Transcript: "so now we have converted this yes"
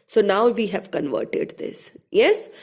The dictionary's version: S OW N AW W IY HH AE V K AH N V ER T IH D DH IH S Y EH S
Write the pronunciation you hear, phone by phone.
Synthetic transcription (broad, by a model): S OW N AW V IY HH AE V K AH N V ER T IH D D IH S Y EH S